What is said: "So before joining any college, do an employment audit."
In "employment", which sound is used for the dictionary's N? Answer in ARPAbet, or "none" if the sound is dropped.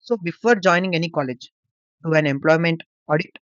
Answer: N